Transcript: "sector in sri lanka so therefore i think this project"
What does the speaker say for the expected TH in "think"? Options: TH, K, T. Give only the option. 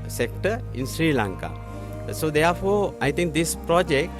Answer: T